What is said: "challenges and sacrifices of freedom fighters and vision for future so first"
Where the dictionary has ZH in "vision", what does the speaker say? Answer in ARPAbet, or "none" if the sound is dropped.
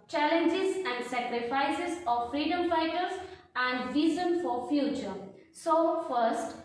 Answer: Z